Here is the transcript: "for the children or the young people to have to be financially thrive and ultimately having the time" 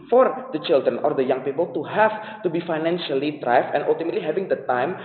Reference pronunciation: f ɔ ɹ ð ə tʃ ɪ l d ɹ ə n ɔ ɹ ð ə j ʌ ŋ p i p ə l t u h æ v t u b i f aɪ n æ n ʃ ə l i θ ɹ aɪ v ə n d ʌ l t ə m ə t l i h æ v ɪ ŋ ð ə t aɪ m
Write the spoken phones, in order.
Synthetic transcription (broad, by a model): f ɔ ɹ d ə tʃ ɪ l d ɹ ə n ɔ ɹ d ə j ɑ ŋ p i p ə l t u h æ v t u b i f aɪ n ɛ n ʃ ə l i t ɹ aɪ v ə n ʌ l t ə m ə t l i h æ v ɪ ŋ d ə t aɪ m